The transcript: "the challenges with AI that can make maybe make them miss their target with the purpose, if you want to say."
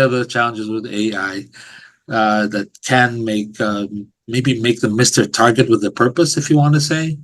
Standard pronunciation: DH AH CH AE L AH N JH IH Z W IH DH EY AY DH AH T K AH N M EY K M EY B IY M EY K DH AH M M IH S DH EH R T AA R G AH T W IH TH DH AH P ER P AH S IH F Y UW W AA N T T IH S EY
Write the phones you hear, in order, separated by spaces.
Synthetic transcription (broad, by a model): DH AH CH AE L AH N JH IH Z W IH DH EY AY DH AH T K AH N M EY K M EY B IY M EY K DH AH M M IH S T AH R T AA R G AH T W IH DH AH P ER P AH S IH F Y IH W AA N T T IH S EY